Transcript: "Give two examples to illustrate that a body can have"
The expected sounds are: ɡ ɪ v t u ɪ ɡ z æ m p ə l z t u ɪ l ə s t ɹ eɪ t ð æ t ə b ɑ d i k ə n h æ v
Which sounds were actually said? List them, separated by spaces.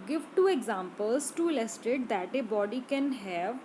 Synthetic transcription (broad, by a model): ɡ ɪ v t u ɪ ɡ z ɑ m p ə l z t u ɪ l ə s t eɪ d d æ t ə b ɑ d i k ə n h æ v